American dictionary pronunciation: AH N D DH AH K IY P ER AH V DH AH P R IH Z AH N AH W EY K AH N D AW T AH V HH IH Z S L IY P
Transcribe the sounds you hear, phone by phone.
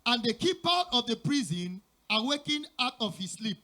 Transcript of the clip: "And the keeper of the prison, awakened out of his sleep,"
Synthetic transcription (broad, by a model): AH N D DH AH K IY P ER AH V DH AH P R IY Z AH N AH W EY K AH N AW T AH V HH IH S L IY P